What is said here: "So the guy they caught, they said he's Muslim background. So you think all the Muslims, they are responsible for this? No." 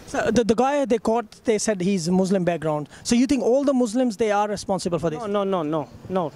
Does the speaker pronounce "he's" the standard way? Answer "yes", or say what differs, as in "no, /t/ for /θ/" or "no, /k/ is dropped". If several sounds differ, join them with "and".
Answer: yes